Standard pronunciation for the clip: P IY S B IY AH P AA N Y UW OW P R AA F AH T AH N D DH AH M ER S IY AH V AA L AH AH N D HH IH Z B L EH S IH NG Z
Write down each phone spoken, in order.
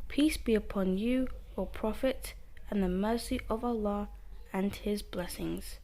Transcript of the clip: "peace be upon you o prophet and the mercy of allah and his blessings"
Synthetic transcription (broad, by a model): P IY S B IY AH P AA N Y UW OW P R AA F AH T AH N DH AH M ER S IY AH V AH L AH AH N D HH IH Z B L EH S IH NG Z